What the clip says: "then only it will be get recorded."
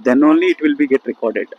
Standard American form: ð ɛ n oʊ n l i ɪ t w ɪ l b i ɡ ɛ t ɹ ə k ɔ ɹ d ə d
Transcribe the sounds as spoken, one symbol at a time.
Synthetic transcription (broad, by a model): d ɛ n oʊ n l i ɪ t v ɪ l b i ɡ ɛ t ɹ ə k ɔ ɹ d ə d